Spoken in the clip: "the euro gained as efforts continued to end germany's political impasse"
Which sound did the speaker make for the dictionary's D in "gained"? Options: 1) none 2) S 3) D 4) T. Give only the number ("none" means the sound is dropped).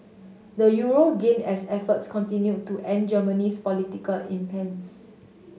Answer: 1